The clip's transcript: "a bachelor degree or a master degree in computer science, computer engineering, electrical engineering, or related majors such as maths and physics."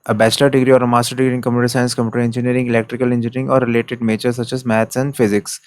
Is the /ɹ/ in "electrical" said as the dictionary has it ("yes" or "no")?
yes